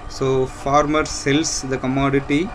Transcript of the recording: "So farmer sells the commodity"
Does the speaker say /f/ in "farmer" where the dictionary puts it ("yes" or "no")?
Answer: yes